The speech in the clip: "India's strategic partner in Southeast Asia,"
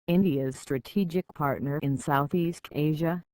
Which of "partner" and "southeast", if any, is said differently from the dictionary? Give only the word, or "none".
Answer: none